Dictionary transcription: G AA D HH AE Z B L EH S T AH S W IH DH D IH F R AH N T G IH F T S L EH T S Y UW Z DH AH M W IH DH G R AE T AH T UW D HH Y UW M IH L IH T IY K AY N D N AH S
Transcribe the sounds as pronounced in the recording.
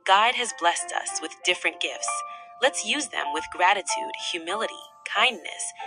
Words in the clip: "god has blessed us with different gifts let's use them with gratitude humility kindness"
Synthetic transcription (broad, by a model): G AA D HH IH Z B L EH S T AH S W IH DH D IH F R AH N G IH F T S L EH T S Y UW Z DH AH M W IH DH G R AE T AH T UW D HH Y UW M IH L IH T IY K AY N N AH S